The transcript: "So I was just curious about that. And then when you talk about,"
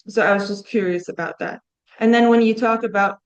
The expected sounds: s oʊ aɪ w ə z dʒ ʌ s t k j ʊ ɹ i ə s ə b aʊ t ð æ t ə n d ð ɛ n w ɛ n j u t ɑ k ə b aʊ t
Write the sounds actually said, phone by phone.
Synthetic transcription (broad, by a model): s oʊ aɪ w ə z dʒ ʌ s k j ʊ ɹ i ə s ə b aʊ t ð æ t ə n ð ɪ n w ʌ n j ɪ t ɑ k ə b aʊ t